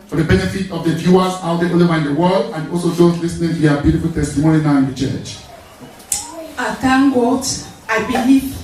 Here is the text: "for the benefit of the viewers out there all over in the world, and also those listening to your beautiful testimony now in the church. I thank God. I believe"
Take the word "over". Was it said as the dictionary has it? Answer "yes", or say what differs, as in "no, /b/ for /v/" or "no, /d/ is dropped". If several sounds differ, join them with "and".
no, /v/ is dropped